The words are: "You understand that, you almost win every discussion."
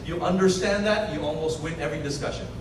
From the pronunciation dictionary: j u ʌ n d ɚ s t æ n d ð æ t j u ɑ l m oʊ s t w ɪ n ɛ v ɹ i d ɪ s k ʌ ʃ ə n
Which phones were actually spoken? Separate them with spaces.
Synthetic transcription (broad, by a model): j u ʌ n d ɚ s t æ n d ð æ t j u ɑ l m oʊ s t w ɪ n ɛ v ɹ i d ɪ s k ʌ ʃ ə n